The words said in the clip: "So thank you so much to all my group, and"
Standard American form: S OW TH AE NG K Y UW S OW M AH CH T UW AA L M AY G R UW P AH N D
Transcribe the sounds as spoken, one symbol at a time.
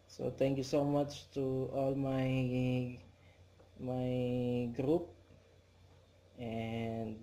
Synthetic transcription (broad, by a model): S OW T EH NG K Y UW S OW M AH CH T UW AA L M AY G R UW P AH N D